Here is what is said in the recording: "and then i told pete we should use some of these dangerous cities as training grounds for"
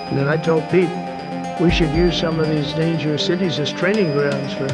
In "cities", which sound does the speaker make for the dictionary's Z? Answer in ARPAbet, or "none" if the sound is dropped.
Z